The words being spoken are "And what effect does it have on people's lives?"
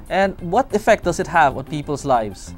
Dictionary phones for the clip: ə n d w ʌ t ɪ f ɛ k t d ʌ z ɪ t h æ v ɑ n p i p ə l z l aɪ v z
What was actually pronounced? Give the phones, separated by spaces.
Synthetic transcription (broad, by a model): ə n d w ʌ t ɪ f ɛ k t d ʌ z ɪ t h æ v ɑ n p i p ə l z l aɪ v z